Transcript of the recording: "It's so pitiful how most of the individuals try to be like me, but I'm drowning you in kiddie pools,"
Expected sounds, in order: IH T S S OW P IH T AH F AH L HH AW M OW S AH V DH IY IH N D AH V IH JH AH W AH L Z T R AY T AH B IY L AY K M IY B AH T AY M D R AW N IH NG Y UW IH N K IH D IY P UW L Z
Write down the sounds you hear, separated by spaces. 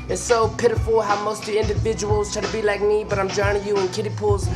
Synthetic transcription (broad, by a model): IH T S S OW P IH T AH F AH L HH AW M OW S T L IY IH N D AH V IH JH AH W AH L Z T AY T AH B IY L AY K M IY B AH T AY M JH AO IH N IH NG Y UW IH N K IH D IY P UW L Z